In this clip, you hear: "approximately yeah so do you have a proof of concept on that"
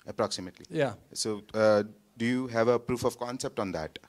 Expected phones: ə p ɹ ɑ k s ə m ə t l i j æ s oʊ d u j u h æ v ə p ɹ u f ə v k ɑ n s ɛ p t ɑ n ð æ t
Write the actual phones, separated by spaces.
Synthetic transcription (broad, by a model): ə p ɹ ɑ k s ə m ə t l i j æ s oʊ d u j u h æ v ə p ɹ u f ə v k ɑ n s ɛ p t ɑ n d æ t